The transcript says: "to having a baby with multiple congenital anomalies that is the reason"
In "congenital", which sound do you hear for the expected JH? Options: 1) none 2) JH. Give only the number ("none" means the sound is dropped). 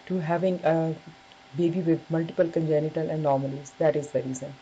2